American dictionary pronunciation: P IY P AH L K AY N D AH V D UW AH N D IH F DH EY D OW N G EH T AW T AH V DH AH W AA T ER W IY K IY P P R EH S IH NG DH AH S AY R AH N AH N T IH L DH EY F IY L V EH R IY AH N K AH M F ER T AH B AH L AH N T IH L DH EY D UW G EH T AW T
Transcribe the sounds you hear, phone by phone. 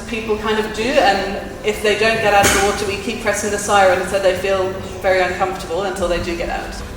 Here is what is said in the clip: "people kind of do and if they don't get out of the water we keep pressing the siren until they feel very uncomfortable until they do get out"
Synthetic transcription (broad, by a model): P IY P L K AY N D AH V D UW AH N IH F DH EY D OW N G EH T AW T AH V DH AH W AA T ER W IY K IY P P R EH S IH NG DH AH S AY AH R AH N S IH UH DH EY F IY L V EH R IY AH N K AH M F T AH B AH L AH N T IH L DH EY D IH G EH T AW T